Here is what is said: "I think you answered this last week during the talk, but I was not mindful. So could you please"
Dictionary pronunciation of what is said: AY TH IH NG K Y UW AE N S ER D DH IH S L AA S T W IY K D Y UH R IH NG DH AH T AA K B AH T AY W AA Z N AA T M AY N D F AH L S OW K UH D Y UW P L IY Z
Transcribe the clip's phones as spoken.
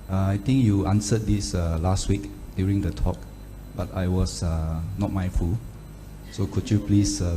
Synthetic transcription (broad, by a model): AY T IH NG K Y UW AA N S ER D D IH S L AA S T W IY K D Y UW R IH NG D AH T AA K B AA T AY W AA S N AA T M AY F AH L S OW K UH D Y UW P L IY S